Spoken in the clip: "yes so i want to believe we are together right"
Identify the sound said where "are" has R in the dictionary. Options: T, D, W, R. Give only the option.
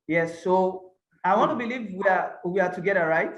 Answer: W